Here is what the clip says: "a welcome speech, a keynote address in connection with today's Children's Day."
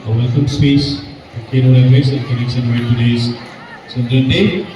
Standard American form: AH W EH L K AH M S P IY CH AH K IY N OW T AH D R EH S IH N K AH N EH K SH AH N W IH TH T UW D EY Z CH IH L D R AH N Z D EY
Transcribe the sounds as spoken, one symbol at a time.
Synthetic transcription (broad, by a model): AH W EH L K AH M S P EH S AH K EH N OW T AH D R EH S IH N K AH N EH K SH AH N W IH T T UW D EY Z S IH N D AH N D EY